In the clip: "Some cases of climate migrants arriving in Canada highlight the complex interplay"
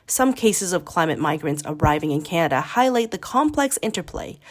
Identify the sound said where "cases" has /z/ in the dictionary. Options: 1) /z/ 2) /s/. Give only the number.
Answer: 1